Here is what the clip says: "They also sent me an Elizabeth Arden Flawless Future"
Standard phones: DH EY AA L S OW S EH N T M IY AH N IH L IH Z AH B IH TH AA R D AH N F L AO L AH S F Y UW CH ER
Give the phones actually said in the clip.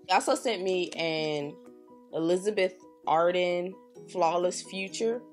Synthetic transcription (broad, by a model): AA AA S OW S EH N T M IY AH N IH L IH Z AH B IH TH AA R D AH N F L AO L AH S F Y UW CH ER